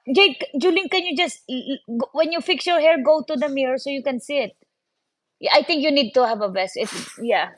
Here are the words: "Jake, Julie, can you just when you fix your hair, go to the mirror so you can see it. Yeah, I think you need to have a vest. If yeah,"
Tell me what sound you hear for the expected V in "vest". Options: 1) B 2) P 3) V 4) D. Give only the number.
1